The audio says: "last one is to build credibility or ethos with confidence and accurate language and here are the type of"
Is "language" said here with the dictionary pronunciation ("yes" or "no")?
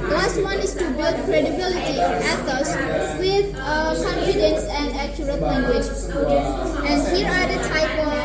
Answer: yes